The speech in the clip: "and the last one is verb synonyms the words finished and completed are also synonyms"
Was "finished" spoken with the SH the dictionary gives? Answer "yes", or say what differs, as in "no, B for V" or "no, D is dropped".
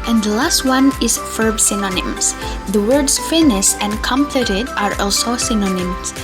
no, S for SH